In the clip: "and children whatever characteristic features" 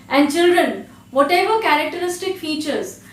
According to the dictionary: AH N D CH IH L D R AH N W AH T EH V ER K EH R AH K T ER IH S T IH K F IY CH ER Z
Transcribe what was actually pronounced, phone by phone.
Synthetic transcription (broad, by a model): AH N D CH IH L D R AH N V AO T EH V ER K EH R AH K T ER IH S T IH K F IY CH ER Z